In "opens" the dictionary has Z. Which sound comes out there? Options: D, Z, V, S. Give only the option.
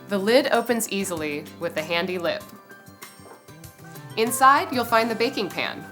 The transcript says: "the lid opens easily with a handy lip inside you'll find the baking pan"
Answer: Z